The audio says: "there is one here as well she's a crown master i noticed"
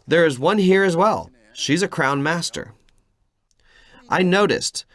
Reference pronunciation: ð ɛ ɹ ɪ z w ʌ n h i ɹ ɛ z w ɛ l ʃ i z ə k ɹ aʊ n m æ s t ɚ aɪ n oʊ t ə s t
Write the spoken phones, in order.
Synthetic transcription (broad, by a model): ð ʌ ɹ ɪ z w ʌ n h i ɹ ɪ z w ɛ l ʃ i z ə k ɹ aʊ n m æ s t ɚ aɪ n oʊ t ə s t